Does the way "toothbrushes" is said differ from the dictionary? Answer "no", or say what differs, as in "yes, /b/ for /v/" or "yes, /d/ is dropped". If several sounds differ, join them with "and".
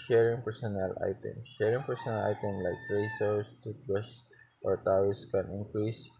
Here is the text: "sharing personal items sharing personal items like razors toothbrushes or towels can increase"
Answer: yes, /t/ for /θ/ and /ɹ/ is dropped